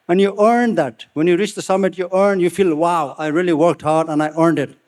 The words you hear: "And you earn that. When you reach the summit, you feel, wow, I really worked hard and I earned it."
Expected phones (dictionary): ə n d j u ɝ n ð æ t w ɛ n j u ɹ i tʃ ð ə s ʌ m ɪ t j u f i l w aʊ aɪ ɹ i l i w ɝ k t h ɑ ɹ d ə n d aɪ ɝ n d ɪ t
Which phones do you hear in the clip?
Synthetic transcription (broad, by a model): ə n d j u ɝ n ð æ t w ɛ n j u ɹ i tʃ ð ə s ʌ m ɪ t j u f i l w aʊ aɪ ɹ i l i w ɝ k t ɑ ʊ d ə n aɪ ɝ n d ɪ t